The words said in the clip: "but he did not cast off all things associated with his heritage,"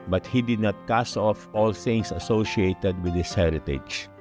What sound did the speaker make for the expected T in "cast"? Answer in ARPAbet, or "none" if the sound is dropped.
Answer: none